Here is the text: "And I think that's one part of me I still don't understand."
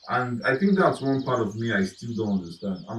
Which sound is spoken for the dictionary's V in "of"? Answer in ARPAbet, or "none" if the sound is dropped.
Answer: V